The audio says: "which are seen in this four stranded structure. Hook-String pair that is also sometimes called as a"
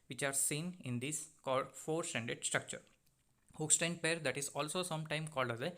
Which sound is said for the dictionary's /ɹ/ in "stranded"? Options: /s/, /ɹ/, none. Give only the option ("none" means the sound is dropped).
none